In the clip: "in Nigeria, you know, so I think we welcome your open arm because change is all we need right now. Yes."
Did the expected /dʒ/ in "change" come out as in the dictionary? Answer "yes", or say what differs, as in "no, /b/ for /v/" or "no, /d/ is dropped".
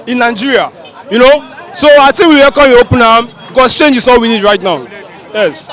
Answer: yes